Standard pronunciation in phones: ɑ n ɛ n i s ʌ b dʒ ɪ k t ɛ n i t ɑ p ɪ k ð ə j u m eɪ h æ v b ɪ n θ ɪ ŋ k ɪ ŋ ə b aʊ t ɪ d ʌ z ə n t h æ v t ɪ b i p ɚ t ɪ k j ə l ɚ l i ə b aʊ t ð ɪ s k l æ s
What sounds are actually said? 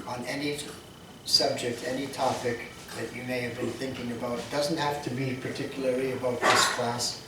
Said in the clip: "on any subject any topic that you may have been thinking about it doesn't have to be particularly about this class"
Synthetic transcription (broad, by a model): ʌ n ɛ n i s ʌ b dʒ ɪ k t ɛ n i t ɑ p ɪ k ð ə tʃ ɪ m eɪ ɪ v b ɪ n θ ɪ ŋ k ɪ ŋ ə b aʊ t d ʌ z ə n t h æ f t ɪ b i p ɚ t ɪ k j l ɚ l i ə b aʊ t ð ɪ s k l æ s